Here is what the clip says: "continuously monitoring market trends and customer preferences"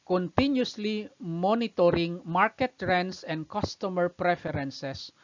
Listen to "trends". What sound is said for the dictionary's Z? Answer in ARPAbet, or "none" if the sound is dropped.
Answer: S